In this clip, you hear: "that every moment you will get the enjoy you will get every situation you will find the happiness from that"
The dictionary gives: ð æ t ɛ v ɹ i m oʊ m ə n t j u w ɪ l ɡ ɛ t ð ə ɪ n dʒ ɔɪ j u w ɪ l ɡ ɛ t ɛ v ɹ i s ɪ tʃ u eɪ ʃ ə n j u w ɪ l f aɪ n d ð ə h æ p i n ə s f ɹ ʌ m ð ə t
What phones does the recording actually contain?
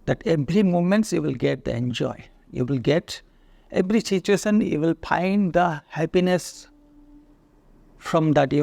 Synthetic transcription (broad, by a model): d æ t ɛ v ɹ i m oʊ m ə n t j u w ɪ l ɡ ɛ t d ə ɪ n dʒ ɔɪ j u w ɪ l ɡ ɛ t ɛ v ɹ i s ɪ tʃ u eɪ s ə n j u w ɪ l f aɪ n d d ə h æ p i n ə s f ɹ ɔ m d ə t